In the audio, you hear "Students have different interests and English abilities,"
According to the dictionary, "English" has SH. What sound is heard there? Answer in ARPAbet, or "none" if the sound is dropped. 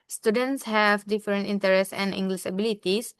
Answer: S